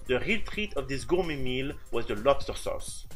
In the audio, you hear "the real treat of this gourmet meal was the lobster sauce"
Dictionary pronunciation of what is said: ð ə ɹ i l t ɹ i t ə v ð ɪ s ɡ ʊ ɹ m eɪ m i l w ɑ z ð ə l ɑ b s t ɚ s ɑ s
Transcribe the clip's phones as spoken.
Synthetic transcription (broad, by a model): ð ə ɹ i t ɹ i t ə v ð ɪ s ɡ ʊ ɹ m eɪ m i l w ɑ z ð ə l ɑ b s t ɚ s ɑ s